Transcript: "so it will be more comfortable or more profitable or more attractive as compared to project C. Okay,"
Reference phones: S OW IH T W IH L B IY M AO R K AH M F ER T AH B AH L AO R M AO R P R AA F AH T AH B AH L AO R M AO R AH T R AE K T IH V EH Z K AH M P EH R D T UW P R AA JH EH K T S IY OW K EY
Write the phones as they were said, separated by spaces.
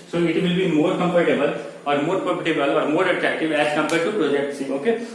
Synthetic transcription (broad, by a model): S OW IH T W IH L B IY M AO R K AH M P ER T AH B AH L AO R M AO R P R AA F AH T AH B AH L AO R M AO R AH T R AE K T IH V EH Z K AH M P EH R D T UW P R AA JH EH K T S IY OW K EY